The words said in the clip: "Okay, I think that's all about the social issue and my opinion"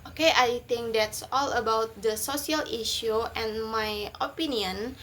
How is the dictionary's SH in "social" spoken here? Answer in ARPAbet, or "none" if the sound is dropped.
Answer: S